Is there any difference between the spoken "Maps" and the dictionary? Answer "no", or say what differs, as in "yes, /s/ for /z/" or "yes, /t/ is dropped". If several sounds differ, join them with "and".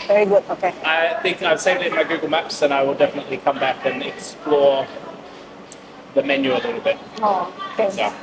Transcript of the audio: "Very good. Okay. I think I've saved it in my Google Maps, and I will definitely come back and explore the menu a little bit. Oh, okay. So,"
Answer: no